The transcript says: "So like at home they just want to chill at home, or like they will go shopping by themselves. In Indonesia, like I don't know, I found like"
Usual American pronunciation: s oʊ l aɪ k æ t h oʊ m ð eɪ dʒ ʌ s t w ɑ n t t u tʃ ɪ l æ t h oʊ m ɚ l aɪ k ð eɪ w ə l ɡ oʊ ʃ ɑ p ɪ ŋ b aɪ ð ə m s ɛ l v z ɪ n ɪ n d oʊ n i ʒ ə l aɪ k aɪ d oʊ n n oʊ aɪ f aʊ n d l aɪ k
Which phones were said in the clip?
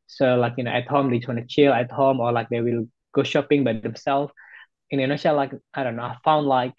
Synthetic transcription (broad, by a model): s oʊ l aɪ k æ t h oʊ m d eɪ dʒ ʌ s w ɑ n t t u tʃ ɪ l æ t h oʊ m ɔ l aɪ k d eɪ w ə l ɡ oʊ ʃ ɑ p ɪ ŋ b aɪ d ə m s ɛ l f ɪ n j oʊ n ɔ s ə l aɪ k aɪ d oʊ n n oʊ aɪ f aʊ n d l aɪ k